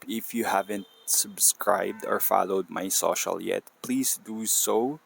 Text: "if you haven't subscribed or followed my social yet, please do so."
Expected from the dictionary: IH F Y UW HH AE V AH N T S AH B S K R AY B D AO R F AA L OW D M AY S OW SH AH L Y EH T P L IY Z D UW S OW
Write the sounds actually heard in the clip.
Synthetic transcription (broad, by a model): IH F Y UW HH AE V AH N T S AH B S K R AY B D AO R F AA L OW D M AY S OW SH AH L Y EH T P L IY S D UW S OW